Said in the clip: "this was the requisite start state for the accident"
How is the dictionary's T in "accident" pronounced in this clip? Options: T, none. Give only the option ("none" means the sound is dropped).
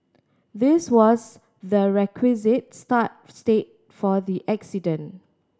none